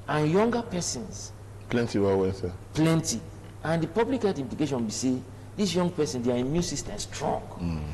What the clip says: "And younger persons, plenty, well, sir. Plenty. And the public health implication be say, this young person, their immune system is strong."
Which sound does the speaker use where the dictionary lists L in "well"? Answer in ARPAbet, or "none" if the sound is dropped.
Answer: N